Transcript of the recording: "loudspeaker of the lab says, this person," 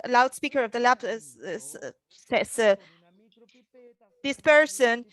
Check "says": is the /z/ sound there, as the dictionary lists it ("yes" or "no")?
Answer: no